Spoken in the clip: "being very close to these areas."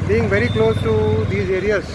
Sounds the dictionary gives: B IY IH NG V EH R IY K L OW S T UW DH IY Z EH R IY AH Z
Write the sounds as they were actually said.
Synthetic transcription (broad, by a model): B IY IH NG V EH R IY K L OW S T UW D IY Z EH R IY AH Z